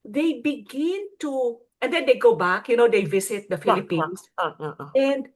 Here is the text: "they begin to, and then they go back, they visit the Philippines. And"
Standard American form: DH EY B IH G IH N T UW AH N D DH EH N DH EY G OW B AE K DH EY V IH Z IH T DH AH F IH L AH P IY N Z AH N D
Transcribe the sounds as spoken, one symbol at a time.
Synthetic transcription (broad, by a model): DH EY B IH G IH N T UW AH N D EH N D EY G OW B AE K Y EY V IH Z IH T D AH F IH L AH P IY N S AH N D